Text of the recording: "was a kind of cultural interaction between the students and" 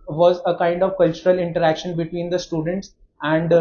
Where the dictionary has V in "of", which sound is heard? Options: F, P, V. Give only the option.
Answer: V